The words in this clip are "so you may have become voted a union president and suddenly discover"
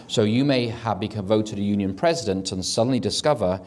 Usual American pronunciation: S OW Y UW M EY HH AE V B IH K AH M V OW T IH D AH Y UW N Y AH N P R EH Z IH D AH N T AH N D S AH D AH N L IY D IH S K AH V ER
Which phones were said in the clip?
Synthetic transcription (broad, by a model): S OW Y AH M EY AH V B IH K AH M V OW T IH D AH Y UW N Y AH N P R EH Z IH D AH N T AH N S AH D N L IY D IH S K AH V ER